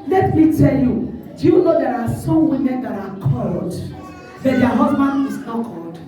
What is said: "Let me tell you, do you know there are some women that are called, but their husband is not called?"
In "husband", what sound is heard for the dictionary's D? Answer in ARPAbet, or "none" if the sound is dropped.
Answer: none